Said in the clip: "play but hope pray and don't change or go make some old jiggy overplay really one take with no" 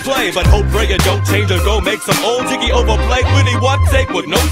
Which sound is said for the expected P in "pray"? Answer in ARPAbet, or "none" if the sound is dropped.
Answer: F